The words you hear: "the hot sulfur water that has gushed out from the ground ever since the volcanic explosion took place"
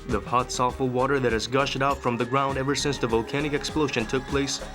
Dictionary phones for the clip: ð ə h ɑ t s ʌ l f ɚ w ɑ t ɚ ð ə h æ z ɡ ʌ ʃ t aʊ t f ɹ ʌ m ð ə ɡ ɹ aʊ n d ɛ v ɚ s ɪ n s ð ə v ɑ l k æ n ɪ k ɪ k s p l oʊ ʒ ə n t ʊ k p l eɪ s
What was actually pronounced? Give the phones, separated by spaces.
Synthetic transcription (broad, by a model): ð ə h ɑ t s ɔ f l w ɑ t ɚ ð ə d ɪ z ɡ ʌ ʃ t aʊ t f ɹ ʌ m ð ə ɡ ɹ aʊ n d ɛ v ɚ s ɪ n s ð ə v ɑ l k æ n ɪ k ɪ k s p l oʊ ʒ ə n t ʊ k p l eɪ s